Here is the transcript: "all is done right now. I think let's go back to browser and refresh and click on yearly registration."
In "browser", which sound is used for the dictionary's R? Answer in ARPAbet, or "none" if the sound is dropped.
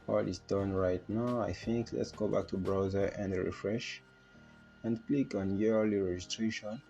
R